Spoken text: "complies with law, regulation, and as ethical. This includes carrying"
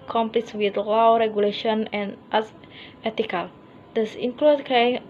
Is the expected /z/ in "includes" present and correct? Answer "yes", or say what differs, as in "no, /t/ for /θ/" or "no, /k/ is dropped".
no, /z/ is dropped